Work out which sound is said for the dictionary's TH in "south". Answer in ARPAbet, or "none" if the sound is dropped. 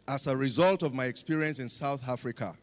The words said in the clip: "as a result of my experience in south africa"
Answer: TH